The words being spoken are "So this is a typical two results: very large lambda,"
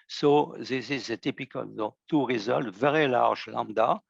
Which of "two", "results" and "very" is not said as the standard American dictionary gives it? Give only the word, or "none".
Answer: results